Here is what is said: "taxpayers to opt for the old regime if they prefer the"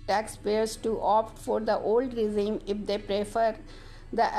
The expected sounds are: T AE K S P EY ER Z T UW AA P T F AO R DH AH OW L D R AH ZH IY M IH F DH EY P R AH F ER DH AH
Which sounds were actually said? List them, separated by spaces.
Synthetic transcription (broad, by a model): T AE K S P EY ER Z T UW AA P T F AO R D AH OW L D R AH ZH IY M IH F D EY P R AH F ER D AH